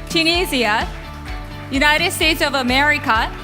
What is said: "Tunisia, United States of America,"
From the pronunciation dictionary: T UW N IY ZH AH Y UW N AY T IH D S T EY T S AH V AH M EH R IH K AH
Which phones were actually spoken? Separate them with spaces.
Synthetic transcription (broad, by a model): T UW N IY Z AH Y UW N AY T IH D S T EY T S AH V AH M EH R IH K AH